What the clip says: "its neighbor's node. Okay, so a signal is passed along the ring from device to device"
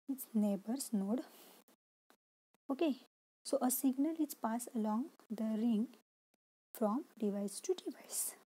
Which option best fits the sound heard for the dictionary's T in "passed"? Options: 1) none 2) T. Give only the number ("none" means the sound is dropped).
1